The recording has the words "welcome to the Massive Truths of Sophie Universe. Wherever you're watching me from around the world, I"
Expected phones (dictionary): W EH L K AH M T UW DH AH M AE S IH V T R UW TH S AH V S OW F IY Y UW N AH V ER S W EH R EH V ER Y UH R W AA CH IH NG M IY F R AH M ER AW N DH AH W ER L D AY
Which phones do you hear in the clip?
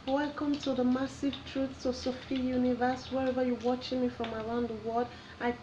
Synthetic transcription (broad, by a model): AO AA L K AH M T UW DH AH M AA S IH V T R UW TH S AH S OW F IY Y UW N AH V ER S W EH R EH V ER Y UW W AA CH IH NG M IY F R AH M ER AW N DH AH W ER D AY